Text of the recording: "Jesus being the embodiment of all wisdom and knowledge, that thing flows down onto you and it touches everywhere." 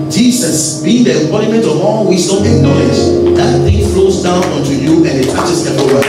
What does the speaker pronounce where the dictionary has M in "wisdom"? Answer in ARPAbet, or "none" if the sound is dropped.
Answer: none